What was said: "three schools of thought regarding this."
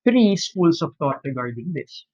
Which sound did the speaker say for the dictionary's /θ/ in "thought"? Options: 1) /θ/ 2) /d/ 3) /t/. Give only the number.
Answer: 3